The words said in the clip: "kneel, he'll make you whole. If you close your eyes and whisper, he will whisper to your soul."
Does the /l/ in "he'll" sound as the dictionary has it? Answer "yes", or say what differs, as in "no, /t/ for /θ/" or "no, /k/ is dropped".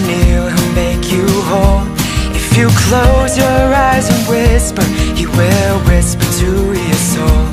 no, /n/ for /l/